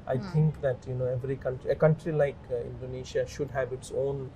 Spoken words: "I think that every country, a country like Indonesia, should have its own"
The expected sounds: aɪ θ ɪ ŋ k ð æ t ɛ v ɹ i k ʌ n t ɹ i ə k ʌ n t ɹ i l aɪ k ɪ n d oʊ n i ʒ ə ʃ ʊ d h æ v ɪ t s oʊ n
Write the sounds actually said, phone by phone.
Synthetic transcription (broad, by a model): aɪ t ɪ ŋ k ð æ t ɛ v ɹ i k ʌ n t ɹ i ə k ʌ n t ɹ i l aɪ k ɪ n d oʊ n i ʃ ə ʃ ʊ d h æ v ɪ t s oʊ n